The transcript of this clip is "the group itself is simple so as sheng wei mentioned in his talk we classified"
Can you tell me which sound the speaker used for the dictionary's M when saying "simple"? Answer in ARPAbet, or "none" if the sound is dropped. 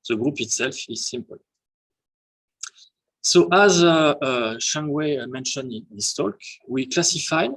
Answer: M